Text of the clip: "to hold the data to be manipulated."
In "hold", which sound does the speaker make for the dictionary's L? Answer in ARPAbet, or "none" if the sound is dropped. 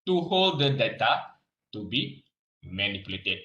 L